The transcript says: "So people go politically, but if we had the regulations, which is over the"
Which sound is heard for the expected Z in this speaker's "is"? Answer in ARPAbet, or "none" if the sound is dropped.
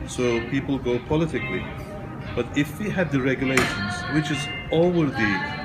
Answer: Z